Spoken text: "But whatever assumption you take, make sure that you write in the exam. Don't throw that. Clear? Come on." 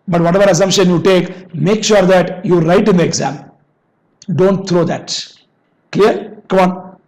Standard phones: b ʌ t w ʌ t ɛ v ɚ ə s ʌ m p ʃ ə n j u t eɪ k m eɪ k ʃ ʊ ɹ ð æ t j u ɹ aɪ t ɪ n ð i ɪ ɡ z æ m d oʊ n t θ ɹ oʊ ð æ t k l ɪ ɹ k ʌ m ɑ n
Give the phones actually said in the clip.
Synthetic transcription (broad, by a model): b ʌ t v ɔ t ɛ v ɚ ə s ʌ m p ʃ ə n j u t eɪ k m eɪ k ʃ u ɹ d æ t j u ɹ aɪ t ɪ n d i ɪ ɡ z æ m d oʊ n t t ɹ oʊ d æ t k l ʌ ɹ k ʌ m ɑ n